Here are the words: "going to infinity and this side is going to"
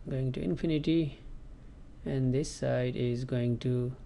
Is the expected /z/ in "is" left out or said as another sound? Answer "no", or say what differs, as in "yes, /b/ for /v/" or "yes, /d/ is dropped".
no